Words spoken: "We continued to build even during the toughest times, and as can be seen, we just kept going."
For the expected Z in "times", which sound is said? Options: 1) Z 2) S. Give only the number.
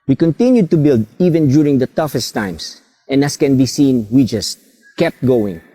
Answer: 2